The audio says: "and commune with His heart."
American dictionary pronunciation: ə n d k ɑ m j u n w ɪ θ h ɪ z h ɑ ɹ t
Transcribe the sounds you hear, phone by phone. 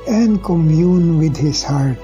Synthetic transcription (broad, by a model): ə n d k ɑ m j u n w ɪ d h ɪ s h ɑ ɹ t